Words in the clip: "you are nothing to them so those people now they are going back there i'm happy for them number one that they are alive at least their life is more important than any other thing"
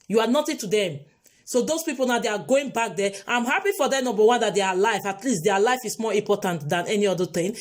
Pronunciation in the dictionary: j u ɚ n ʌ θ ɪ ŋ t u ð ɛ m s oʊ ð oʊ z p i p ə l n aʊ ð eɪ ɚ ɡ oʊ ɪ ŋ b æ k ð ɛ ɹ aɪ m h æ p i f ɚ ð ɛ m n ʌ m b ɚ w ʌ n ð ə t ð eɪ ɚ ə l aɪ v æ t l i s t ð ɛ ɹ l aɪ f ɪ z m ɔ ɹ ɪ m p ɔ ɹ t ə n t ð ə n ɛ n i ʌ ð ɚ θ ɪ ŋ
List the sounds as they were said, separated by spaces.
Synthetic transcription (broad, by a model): j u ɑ n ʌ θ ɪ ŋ t u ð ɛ m s oʊ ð oʊ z p i p ə l n aʊ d eɪ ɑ ɡ oʊ ɪ ŋ b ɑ k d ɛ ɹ aɪ m h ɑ p i f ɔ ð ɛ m n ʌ m b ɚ w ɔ n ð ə t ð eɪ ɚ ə l aɪ f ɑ t l i s t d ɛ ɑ l aɪ f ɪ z m ɔ ɹ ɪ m p ɔ t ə n t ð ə n ɛ n i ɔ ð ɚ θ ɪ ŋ